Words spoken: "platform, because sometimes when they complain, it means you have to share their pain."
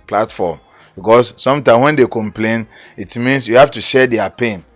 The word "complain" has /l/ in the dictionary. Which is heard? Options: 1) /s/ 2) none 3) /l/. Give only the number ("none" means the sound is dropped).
3